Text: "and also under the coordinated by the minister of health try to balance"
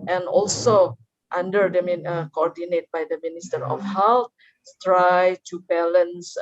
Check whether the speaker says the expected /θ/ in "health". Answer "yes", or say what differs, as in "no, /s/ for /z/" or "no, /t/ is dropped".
no, /s/ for /θ/